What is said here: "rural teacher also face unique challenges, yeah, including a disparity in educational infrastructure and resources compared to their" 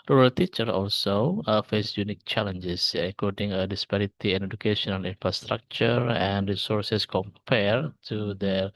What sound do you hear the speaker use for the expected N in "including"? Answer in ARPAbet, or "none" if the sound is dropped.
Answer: none